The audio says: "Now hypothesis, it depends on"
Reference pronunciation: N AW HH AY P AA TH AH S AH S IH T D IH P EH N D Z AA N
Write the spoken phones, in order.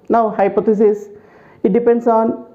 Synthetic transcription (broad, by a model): N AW HH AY P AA T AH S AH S IH T D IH P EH N D S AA N